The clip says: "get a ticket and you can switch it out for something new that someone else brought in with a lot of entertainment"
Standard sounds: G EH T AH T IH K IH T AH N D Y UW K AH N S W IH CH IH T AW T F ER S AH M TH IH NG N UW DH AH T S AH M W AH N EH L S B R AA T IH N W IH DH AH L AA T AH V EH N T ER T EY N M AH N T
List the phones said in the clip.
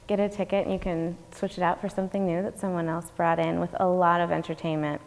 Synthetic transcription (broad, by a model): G EH T AH T IH K IH T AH N Y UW K AH N S W IH CH IH T AW T F ER S AH M TH IH NG N UW DH AH T S AH M W AH N EH L S B R AA T IH N W IH DH AH L AA T AH V EH N T ER T EY N M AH N T